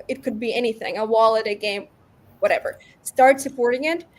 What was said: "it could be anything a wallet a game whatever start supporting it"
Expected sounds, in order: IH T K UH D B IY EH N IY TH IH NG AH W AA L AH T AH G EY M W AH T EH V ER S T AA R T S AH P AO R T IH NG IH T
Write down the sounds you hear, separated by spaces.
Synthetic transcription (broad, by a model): IH T K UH D B IY EH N IY TH IH NG AH W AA L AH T AH G EY M W AH T EH V ER S T AA R T S AH P AO R T IH NG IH T